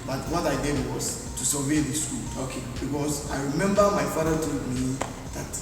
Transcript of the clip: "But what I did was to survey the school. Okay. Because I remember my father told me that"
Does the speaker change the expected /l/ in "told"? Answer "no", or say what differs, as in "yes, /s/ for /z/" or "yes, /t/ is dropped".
yes, /l/ is dropped